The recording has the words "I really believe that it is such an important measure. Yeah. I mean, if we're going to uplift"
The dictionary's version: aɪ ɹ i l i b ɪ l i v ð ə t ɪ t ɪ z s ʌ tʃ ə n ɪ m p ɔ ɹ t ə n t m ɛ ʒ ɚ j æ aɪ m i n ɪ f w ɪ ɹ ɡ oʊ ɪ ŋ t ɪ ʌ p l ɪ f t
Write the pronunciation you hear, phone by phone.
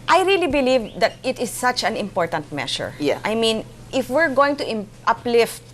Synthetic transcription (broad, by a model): aɪ ɹ i l i b ɪ l i v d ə t ɪ t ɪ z s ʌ tʃ ə n ɪ m p ɔ ɹ t ə n t m ɛ ʃ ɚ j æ aɪ m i n ɪ f w ɪ ɹ ɡ oʊ ɪ ŋ t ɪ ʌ p l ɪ f t